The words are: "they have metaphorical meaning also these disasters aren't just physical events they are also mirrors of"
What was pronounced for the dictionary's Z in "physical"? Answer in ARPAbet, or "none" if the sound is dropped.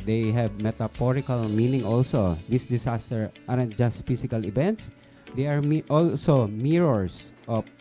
S